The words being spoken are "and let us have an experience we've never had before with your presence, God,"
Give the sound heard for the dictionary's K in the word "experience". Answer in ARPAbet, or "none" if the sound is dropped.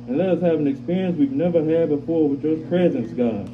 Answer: K